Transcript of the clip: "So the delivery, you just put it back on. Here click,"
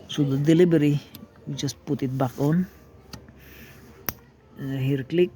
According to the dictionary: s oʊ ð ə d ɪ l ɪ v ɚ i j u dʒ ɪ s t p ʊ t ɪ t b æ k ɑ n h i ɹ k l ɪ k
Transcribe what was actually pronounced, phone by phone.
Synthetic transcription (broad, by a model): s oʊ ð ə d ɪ l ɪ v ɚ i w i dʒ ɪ s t p ʊ t ɪ t b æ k ɑ n h i ɹ k l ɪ k